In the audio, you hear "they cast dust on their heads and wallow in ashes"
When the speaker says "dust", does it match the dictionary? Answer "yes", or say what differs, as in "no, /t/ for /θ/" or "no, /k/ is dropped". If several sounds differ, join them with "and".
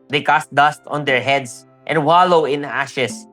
yes